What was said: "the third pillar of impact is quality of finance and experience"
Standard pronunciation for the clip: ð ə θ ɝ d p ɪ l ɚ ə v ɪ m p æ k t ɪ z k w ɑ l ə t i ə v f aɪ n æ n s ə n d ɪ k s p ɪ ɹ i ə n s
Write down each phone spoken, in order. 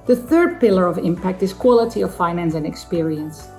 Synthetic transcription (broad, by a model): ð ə θ ɝ d p ɪ l ɚ ə v ɪ m p æ k t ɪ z k w ɑ l ə t i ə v f aɪ n æ n s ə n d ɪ k s p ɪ ɹ i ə n s